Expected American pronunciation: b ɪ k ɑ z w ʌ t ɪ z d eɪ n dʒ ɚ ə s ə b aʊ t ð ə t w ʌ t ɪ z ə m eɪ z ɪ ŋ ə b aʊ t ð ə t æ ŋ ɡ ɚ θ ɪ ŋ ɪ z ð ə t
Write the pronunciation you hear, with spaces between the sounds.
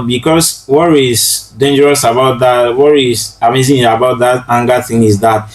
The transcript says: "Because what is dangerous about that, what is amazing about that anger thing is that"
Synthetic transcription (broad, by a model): b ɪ k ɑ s w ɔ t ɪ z d eɪ n dʒ ɚ ə s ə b aʊ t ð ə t w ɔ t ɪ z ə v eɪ s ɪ ə b aʊ t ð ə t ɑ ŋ ɡ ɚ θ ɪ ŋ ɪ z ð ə t